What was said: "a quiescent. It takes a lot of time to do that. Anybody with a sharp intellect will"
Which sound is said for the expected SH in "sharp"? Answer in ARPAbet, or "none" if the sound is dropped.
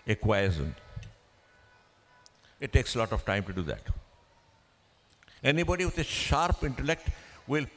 SH